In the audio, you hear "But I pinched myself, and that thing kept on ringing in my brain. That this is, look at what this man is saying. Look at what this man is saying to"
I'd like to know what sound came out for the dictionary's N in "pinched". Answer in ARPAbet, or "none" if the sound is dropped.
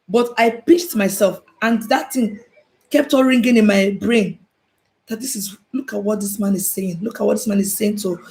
none